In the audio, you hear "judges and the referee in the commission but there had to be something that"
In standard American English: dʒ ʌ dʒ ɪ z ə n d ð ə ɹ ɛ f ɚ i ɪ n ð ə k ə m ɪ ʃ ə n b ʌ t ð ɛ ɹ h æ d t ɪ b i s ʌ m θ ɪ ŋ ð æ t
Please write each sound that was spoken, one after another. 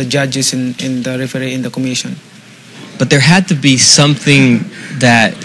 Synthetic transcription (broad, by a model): dʒ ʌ dʒ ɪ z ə n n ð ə ɹ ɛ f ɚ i ɪ n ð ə k ə m ɪ ʃ ə n b ʌ t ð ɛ ɹ h æ d t ɪ b i s ʌ m θ ɪ ŋ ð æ t